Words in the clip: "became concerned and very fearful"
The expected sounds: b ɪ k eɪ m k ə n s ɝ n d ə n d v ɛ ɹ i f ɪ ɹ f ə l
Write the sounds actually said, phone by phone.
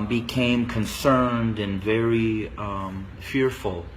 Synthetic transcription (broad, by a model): b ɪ k eɪ m k ə n s ɝ n d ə n v ɛ ɹ i f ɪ ɹ f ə l